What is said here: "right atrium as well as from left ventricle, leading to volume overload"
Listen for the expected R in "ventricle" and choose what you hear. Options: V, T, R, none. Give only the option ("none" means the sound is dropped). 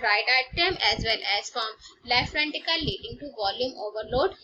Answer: none